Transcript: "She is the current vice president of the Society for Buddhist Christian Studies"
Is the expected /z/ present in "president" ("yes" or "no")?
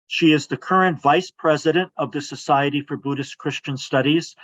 yes